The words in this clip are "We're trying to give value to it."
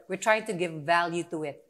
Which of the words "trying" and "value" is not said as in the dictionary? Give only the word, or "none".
none